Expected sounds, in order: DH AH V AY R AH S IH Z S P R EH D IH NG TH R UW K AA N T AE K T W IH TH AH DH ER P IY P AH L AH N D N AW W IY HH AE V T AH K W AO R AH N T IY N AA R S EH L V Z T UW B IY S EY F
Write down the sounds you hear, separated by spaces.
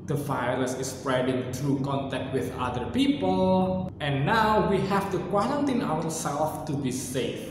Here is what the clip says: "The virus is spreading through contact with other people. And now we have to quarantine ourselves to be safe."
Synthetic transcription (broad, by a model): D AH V AY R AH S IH S P R EH D IH NG T R UW K AA N T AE K T W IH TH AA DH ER P IY P AH L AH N N AW W IY HH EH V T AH K W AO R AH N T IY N AA W S EH L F T UW B IY S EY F